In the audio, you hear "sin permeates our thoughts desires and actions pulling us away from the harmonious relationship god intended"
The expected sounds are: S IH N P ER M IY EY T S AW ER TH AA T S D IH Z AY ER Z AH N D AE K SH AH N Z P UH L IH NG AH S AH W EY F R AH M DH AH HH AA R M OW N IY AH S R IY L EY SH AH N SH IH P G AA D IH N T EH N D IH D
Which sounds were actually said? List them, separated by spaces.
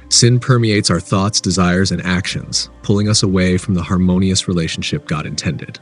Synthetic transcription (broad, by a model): S IH N P ER M IY EY T S AW ER TH AA T S D IH Z AY ER Z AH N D AE K SH AH N Z P UH L IH NG AH S AH W EY F R AH M DH AH HH AA R M OW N IY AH S R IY L EY SH N SH IH P G AA D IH N T EH N D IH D